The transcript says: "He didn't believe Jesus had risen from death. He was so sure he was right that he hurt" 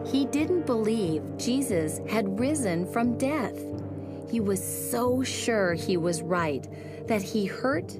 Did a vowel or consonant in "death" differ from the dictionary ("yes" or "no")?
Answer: no